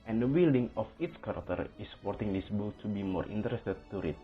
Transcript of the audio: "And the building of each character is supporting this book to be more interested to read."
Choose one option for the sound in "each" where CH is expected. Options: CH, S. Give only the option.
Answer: S